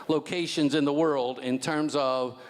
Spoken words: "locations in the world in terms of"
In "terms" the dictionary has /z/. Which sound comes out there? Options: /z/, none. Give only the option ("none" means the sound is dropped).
/z/